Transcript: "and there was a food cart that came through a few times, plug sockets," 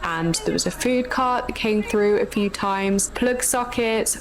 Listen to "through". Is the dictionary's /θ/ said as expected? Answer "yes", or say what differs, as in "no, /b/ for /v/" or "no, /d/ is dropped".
yes